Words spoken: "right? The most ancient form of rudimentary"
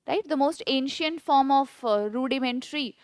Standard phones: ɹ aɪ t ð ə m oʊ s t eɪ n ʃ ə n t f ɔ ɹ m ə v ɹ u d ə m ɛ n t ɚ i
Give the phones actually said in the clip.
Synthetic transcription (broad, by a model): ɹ aɪ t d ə m oʊ s t eɪ n ʃ ə n t f ɔ ɹ m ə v ɹ u d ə m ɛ n t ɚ i